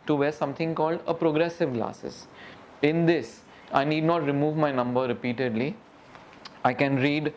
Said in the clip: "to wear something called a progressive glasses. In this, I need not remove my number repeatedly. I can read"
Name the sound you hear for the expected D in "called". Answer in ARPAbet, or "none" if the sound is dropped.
D